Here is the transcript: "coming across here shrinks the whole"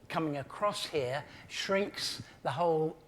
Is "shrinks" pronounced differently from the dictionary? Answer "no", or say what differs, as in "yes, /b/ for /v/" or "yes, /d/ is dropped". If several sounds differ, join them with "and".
no